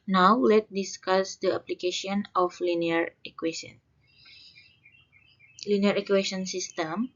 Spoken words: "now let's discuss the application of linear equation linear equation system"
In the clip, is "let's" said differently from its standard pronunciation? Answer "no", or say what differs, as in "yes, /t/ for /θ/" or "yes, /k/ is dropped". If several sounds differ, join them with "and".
yes, /s/ is dropped